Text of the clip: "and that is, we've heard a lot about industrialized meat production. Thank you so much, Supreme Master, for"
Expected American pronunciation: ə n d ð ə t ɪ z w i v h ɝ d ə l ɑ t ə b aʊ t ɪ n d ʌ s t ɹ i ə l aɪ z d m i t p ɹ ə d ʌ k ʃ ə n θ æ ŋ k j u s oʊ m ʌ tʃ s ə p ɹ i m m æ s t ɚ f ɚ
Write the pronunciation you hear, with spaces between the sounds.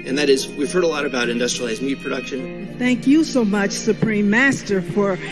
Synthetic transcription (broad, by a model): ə n ð ə t ɪ z w i v h ɝ d ə l ɑ t ə b aʊ t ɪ n d ʌ s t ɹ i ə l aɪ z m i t p ɹ ə d ʌ k ʃ ə n θ æ ŋ k j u s oʊ m ʌ tʃ s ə p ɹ i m m æ s t ɚ f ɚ